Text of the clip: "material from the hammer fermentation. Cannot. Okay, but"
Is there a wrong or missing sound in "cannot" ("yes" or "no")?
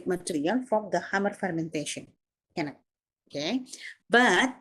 yes